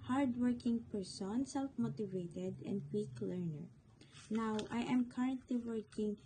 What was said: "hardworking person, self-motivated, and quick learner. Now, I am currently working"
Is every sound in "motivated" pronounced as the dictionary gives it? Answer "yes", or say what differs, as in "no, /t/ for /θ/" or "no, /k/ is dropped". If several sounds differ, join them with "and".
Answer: yes